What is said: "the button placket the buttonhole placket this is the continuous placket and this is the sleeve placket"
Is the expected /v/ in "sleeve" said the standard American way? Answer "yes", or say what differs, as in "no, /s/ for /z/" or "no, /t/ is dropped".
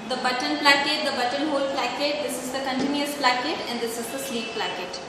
no, /p/ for /v/